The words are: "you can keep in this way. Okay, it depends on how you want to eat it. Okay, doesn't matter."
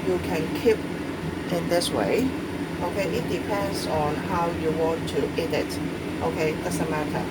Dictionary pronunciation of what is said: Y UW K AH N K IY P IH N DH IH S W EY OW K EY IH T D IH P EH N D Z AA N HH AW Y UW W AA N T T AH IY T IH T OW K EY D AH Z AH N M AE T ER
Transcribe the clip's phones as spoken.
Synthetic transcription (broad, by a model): Y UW K AH N K IY P IH N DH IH S W EY OW K EY IH T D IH P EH N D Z AA N HH AW Y UW W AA N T T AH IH T T OW K EY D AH S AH M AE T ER